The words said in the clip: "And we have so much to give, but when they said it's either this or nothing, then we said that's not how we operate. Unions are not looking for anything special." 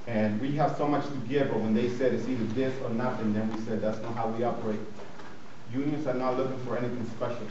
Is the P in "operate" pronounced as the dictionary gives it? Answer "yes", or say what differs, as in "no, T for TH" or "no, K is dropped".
no, B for P